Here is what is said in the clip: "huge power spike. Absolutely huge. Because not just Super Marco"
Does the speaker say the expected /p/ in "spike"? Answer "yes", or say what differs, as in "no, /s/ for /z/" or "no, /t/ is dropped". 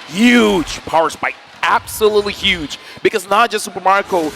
no, /b/ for /p/